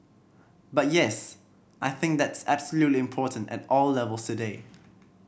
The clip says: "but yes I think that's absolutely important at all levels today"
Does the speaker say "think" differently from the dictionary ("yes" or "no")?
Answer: no